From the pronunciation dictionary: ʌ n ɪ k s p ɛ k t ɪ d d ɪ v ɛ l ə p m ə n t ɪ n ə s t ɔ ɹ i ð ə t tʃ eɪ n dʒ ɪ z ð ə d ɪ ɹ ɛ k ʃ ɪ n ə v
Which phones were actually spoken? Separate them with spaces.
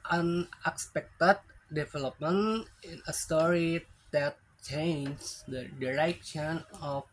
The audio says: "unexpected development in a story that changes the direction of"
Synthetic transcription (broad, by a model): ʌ n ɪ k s p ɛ k t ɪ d d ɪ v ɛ l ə p m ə n ɪ n ə s t ɔ ɹ i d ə t tʃ eɪ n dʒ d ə d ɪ ɹ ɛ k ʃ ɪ n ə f